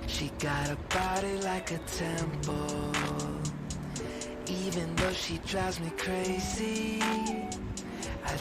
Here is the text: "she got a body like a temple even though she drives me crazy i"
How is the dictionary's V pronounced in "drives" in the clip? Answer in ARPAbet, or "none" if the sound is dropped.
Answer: none